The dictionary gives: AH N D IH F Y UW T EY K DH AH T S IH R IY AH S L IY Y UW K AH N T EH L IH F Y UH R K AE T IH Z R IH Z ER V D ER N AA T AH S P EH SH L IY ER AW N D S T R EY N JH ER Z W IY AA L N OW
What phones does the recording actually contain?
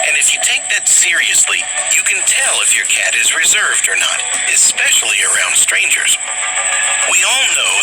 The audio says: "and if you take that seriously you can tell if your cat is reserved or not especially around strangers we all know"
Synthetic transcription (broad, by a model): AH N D IH F Y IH T EY K DH AH T S IH R IY AH S L IY Y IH K AH N T EH L IH F Y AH R K AE T IH Z R IH Z ER V D ER N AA T AH S P EH SH L IY ER AW N D S T R EY N JH ER Z W IY AA L N OW